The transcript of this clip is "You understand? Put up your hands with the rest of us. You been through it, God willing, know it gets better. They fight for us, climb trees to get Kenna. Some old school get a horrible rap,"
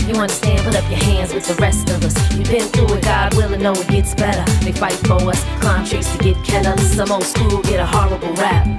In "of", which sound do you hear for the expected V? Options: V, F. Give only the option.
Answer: V